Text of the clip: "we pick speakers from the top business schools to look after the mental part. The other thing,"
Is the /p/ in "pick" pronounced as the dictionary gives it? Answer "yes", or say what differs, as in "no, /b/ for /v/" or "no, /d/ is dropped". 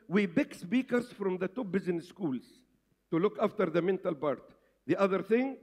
no, /b/ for /p/